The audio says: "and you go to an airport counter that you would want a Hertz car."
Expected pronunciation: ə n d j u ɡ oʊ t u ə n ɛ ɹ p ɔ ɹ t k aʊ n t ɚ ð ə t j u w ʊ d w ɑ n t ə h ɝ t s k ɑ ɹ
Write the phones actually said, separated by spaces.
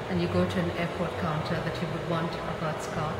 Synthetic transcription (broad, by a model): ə n j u ɡ oʊ t u ə n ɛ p ɔ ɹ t k aʊ n t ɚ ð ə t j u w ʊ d w ɑ n t ə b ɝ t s k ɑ